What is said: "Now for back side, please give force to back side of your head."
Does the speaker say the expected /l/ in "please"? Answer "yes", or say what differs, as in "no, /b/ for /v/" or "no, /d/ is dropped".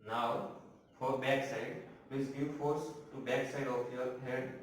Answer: no, /l/ is dropped